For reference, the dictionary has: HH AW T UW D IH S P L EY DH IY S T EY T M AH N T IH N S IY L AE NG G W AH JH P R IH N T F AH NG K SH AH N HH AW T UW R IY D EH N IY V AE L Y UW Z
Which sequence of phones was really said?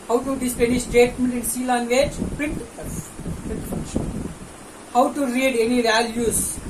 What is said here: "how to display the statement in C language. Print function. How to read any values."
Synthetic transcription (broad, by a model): HH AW T UW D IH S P EY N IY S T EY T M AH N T IH N S IY L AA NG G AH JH P R IH N T P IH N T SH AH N HH AW T UW R IY D EH N IY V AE L Y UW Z